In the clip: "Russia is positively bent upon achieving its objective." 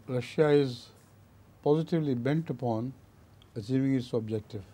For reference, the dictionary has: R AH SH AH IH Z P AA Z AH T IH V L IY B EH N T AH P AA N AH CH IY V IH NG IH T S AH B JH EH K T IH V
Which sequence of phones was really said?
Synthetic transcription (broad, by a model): R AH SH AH IH Z P AA Z AH T IH V L IY B EH N T AH P AA N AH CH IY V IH NG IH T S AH B JH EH K T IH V